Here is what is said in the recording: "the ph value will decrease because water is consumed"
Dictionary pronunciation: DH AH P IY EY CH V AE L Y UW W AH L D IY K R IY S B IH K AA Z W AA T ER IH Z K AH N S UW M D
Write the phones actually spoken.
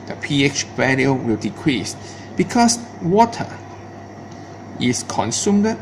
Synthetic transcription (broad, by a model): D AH P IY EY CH B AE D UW W AH L D IY K R IY S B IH K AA S W AA T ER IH S K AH N S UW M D